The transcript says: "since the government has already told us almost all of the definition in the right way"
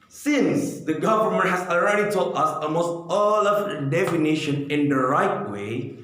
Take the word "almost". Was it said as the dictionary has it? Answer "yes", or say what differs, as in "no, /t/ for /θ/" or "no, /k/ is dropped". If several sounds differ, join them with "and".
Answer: no, /l/ is dropped